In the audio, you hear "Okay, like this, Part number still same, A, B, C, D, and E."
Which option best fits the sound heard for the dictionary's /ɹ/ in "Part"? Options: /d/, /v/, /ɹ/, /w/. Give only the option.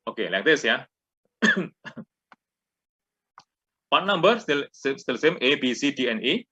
/w/